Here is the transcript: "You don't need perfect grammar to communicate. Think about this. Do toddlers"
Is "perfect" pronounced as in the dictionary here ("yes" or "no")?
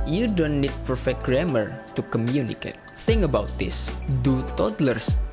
no